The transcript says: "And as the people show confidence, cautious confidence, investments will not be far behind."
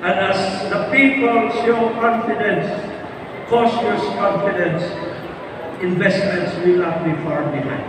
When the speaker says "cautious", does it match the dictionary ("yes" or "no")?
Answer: no